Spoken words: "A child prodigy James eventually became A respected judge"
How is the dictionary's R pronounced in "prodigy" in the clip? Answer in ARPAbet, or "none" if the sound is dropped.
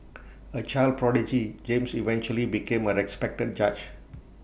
R